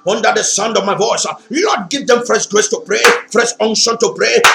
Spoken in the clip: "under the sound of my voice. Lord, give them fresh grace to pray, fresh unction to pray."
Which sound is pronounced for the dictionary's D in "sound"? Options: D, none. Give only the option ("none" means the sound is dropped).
D